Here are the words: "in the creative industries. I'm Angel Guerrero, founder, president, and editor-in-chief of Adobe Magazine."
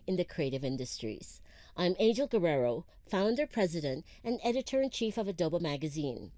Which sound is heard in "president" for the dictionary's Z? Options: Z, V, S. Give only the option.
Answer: Z